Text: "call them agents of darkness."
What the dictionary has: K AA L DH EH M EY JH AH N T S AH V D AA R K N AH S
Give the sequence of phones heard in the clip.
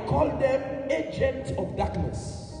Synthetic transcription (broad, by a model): K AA L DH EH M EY JH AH N T AH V D AA K N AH S